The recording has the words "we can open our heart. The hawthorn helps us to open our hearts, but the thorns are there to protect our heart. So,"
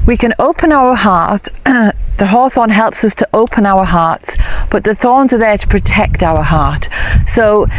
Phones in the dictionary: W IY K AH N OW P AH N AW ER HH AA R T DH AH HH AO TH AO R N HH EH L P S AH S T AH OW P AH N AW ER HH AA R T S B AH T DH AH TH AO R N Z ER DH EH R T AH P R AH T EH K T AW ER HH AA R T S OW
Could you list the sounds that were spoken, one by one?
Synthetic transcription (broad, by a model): W IY K AH N OW P AH N AW ER HH AA R T DH AH HH AO TH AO N HH EH L P S AH S T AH OW P AH N AW ER HH AA R T S B AH T DH AH TH AO R N Z ER DH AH R T AH P R AH T EH K T AW ER HH AA R T S OW